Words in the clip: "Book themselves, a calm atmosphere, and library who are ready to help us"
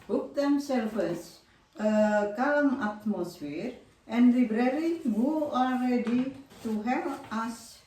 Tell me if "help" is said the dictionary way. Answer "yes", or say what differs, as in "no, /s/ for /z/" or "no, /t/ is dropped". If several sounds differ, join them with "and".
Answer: no, /p/ is dropped